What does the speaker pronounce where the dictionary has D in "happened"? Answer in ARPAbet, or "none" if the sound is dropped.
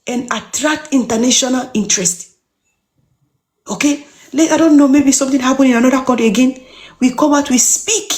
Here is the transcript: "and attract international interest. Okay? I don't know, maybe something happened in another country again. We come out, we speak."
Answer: none